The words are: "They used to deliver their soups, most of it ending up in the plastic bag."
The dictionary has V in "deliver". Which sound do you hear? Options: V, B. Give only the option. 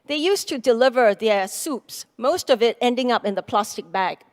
V